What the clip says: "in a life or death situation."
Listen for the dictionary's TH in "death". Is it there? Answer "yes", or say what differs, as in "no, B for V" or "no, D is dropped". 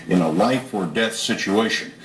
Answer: yes